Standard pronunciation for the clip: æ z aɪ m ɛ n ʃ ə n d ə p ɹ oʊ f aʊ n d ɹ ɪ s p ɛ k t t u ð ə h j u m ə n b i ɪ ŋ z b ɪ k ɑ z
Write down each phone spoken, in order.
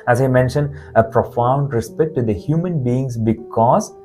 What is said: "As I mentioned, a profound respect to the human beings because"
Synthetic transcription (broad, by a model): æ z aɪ m ɛ n ʃ ə n d ə p ɹ oʊ f aʊ n d ɹ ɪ s p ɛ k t t u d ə h j u m ə n b i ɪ ŋ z b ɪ k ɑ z